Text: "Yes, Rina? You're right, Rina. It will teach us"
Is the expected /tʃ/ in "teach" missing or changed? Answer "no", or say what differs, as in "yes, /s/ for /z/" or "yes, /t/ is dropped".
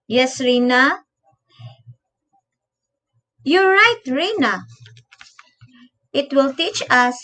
no